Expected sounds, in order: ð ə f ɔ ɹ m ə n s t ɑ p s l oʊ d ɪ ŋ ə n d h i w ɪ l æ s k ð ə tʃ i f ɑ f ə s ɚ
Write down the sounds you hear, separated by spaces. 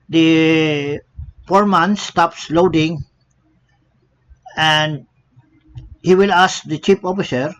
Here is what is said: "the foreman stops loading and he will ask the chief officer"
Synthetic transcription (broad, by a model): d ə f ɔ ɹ m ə n s t ɑ p s l oʊ d ɪ ŋ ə n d h i w ɪ l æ s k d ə tʃ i p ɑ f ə s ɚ